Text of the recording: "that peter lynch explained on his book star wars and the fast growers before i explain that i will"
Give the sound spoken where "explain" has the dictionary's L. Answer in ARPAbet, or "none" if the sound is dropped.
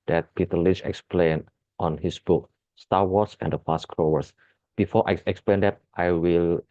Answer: L